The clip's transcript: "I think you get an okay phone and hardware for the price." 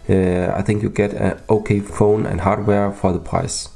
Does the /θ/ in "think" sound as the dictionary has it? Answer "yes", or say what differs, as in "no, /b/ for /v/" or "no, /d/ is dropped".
yes